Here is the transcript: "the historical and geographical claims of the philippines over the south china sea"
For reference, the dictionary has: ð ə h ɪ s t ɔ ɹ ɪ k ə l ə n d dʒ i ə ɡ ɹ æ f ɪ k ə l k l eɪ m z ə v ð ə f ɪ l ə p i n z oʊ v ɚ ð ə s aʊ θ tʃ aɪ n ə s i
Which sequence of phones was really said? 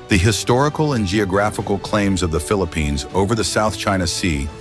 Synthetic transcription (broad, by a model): ð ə h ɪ s t ɔ ɹ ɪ k l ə n dʒ i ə ɡ ɹ æ f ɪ k l k l eɪ m z ə v ð ə f ɪ l ə p i n z oʊ v ɚ ð ə s aʊ θ tʃ aɪ n ə s i